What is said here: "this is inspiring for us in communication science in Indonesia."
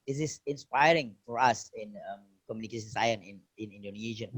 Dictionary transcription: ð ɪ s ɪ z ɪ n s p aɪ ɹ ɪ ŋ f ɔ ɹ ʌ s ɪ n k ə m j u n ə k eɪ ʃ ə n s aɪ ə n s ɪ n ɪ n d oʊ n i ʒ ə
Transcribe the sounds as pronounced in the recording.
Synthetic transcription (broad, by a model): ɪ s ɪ s ɪ n s p aɪ ɹ ɪ ŋ f ɔ ɹ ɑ s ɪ n k ə m j u n ə k eɪ ʃ ə n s aɪ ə n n ɪ n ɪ n d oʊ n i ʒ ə